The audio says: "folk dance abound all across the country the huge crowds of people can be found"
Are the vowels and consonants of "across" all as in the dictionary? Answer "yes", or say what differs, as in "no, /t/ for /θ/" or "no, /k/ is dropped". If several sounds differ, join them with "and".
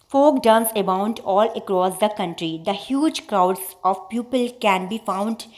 yes